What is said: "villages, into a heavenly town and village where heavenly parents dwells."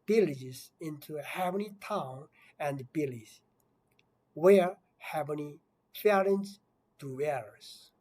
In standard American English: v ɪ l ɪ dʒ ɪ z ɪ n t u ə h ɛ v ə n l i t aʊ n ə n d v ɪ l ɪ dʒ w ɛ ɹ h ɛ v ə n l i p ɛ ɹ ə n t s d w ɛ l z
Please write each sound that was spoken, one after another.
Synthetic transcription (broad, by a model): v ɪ l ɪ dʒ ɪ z ɪ n t u h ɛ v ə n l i t aʊ n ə n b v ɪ l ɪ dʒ w ɛ ɹ h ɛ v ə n i f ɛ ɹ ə n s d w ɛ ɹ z